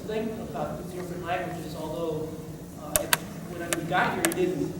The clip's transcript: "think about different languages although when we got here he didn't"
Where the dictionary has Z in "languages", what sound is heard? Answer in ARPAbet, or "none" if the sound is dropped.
Z